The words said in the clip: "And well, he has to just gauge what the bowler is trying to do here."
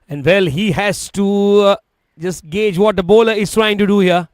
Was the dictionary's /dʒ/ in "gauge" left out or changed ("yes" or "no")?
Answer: no